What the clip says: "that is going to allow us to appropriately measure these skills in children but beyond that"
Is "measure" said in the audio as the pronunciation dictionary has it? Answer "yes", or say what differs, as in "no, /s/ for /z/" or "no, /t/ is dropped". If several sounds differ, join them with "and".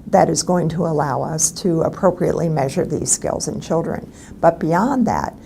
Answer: yes